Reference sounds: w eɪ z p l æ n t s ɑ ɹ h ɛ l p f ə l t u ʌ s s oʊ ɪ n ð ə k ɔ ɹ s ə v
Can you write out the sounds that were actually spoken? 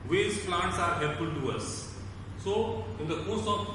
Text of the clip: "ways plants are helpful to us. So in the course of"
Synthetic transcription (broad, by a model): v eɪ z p l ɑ n t s ɑ ɹ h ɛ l f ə l t u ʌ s s oʊ ɪ n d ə k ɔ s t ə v